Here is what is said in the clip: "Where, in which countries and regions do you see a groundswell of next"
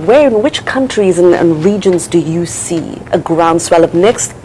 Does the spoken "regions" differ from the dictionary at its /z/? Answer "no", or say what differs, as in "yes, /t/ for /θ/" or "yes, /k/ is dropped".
no